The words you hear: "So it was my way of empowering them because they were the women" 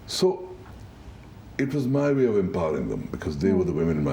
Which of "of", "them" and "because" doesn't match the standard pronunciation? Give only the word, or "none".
none